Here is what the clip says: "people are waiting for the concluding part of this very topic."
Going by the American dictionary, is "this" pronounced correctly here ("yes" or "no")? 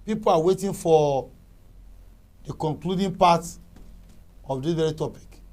no